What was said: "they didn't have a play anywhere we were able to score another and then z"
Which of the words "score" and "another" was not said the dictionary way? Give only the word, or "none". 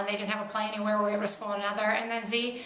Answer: score